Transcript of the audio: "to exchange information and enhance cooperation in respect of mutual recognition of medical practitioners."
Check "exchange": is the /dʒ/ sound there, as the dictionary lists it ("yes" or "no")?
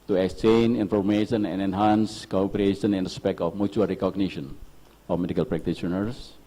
no